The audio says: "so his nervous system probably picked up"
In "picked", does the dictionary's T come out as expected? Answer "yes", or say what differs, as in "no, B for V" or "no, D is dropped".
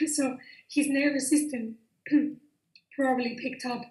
yes